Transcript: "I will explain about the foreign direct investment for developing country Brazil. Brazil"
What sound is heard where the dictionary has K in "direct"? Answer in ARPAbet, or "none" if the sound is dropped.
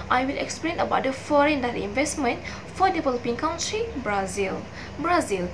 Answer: none